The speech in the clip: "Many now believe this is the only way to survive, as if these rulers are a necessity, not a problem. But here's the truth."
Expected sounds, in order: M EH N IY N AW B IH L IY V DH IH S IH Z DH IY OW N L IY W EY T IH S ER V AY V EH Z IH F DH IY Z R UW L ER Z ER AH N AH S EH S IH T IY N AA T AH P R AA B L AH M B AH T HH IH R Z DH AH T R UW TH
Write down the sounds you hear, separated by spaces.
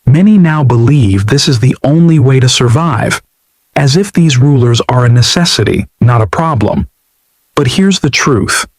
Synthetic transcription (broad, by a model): M EH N IY N AW B IH L IY V DH IH S IH Z DH IY OW N L IY W EY T IH S ER V AY V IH Z IH F DH IY Z R UW L ER Z ER AH N AH S EH S IH T IY N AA T AH P R AA B L AH M B AH T HH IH R Z DH AH T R UW TH